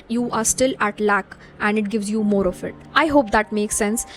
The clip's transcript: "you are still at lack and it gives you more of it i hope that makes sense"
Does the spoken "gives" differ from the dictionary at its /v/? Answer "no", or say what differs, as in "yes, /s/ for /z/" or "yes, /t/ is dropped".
no